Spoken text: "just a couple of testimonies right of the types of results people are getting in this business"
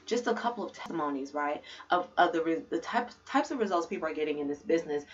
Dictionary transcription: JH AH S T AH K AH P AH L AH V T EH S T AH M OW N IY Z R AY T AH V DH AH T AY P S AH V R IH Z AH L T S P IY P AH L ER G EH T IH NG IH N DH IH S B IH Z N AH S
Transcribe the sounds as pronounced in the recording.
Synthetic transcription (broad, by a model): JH AH S T AH K AH P L AH V T EH S T AH M OW N IY Z R AY T AH V DH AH T AY P S AH V R IH Z AH L T S P IY P L ER G EH T IH NG IH N DH IH S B IH Z N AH S